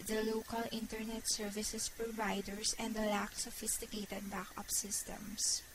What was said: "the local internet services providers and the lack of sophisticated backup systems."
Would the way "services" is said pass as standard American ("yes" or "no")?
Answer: no